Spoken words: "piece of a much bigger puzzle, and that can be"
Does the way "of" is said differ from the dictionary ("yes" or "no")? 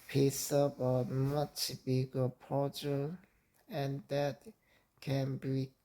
yes